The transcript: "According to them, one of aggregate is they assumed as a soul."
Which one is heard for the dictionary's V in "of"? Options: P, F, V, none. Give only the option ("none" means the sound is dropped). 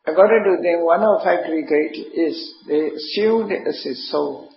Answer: F